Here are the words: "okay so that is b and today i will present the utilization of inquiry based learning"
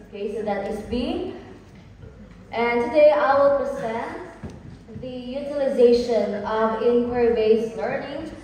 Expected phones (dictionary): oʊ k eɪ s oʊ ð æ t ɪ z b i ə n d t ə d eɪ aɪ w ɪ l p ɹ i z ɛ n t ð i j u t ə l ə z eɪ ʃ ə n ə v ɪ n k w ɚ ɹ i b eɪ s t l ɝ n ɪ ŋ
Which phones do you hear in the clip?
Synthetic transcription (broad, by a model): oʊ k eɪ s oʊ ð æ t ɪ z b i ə n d t ə d eɪ aɪ w ɪ l p ɹ i z ɛ n t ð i j u t ə l ə z eɪ ʃ ə n ə v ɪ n k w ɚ ɹ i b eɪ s l ɝ n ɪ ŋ